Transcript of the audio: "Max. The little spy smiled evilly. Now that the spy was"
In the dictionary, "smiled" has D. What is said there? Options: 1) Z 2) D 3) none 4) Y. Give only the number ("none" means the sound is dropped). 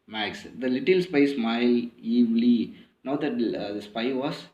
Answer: 3